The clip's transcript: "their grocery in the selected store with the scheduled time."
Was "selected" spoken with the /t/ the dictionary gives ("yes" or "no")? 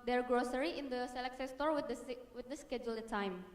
no